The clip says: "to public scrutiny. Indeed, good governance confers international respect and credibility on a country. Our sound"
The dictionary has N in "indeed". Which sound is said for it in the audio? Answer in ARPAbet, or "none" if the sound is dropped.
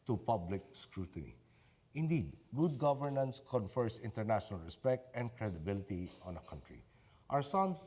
N